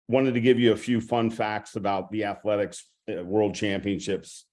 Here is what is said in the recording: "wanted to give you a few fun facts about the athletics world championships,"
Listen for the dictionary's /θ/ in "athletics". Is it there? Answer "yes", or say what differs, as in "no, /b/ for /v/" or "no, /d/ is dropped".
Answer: yes